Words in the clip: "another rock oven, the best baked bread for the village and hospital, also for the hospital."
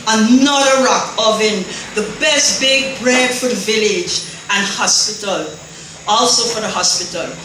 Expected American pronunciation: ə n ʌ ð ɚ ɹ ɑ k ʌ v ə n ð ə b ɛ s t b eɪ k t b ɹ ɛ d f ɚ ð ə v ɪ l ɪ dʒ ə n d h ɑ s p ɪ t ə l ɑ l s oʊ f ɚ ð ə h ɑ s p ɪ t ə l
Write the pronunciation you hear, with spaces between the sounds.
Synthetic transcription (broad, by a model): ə n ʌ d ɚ ɹ ɑ k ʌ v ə n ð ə b ɛ s t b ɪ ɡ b ɹ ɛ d f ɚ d v ɪ l ɪ dʒ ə n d h ɑ s p ɪ t ə l ɑ l s oʊ f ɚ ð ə h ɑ s p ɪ t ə l